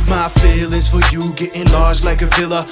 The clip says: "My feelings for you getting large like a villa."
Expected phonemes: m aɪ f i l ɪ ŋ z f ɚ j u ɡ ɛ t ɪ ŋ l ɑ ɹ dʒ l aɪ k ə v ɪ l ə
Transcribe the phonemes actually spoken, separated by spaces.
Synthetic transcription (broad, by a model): m aɪ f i l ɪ z f ɚ j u ɡ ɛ t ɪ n l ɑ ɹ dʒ l aɪ k ə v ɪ l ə